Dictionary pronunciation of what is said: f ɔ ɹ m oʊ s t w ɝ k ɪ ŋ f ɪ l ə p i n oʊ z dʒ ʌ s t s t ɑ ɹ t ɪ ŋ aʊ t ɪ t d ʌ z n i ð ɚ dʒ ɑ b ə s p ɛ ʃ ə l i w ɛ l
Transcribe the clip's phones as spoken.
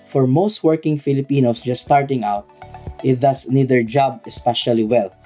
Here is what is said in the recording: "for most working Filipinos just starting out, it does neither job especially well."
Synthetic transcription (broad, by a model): f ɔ ɹ m oʊ s t w ɝ k ɪ ŋ f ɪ l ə p i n oʊ s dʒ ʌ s s t ɑ ɹ t ɪ ŋ aʊ t ɪ t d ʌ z n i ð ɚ dʒ ɑ b ə s p ɛ ʃ ə l i w ɛ l